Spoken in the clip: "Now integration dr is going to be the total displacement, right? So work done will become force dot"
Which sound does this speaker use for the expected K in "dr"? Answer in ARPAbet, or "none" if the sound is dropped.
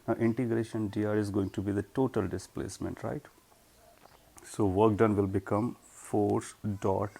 none